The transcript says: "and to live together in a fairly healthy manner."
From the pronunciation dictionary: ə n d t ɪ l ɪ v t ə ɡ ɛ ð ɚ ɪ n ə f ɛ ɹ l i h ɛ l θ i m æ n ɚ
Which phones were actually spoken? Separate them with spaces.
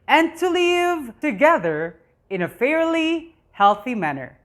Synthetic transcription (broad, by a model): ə n t ɪ l ɪ v t ə ɡ ɛ ð ɚ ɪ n ə f ɛ ɹ l i h ɛ l θ i m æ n ɚ